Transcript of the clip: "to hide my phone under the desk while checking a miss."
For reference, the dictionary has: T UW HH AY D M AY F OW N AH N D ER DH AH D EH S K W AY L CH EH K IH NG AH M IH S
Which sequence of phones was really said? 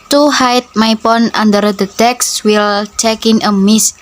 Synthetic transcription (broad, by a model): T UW HH AY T M AY P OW N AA N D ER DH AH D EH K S W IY L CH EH K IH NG AH M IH S